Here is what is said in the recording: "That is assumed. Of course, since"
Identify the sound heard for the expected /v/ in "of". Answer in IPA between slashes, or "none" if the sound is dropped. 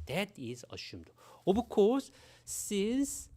/b/